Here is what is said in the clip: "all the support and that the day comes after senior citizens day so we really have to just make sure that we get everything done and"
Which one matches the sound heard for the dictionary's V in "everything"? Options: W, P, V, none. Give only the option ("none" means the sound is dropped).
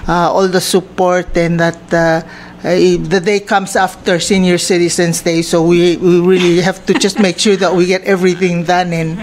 V